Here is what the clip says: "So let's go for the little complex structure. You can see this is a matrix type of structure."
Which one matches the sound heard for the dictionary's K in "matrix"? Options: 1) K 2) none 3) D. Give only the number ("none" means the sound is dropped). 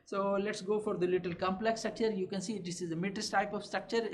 2